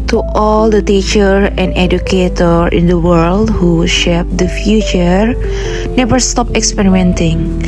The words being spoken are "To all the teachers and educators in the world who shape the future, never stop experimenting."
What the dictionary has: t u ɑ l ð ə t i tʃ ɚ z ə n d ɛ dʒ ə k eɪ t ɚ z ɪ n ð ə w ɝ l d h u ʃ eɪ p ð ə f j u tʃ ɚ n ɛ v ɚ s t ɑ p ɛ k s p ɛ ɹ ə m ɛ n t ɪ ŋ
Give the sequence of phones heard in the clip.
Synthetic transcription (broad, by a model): t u ɑ l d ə t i tʃ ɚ ə n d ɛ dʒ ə k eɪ t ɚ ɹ ɪ n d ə w ɝ l d h u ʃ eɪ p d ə f j u tʃ ɚ n ɛ v ɚ s t ɑ p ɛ k s p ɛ ɹ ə m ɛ n t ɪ ŋ